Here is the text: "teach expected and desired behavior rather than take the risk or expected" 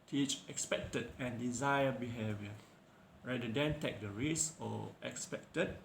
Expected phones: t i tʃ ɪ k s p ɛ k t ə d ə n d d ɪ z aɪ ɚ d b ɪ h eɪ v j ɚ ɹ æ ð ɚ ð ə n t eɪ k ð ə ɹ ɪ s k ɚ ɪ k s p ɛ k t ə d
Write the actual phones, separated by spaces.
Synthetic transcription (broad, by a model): t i tʃ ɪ k s p ɛ k t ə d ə n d d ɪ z aɪ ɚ b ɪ h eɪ v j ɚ ɹ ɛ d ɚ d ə n t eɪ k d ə ɹ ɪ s ɔ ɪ k s p ɛ k t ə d